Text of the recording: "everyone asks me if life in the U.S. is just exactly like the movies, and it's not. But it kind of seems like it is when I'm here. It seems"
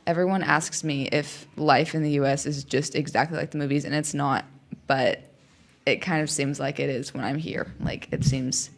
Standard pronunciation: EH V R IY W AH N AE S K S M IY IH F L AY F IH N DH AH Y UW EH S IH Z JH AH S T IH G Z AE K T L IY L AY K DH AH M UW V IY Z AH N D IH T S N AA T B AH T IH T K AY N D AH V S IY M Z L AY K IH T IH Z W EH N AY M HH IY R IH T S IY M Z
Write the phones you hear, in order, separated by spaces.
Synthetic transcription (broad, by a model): EH V R IY W AH N AE S K S M IY IH F L AY F IH N DH AH Y UW EH S IH Z JH AH S T IH G Z AE K T L IY L AY K DH AH M UW V IY Z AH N IH T S N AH T B AH T IH T K AY N D AH V S IY M Z L AY K IH T IH Z W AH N AY M HH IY R IH T S IY M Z